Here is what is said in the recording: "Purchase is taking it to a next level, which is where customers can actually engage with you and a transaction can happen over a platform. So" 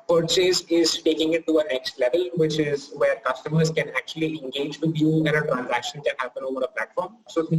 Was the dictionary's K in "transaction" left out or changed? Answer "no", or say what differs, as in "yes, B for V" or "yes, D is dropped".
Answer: no